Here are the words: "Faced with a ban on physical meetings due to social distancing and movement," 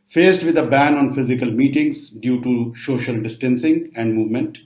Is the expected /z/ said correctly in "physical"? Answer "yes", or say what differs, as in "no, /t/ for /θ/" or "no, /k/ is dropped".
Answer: yes